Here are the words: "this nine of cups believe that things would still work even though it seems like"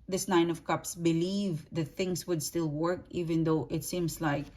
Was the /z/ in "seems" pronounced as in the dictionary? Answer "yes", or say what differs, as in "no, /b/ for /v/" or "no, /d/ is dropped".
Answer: no, /s/ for /z/